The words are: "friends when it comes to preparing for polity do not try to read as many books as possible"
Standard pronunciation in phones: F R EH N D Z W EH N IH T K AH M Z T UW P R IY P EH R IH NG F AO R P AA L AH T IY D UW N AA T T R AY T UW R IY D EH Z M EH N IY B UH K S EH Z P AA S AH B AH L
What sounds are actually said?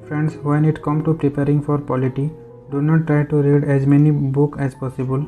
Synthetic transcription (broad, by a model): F R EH N D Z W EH N IH T K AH M T UW P R IY P EH R IH NG F AO R P AA L AH T IY D UW N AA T T R AY T UW R IY D EH Z M EH N IY B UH K EH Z P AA S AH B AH L